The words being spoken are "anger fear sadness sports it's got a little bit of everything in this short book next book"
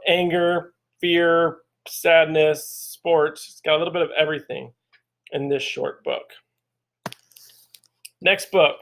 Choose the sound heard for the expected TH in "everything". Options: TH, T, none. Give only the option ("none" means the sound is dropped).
TH